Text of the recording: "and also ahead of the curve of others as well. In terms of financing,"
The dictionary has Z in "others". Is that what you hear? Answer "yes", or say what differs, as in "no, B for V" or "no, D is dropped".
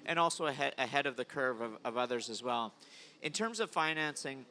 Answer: yes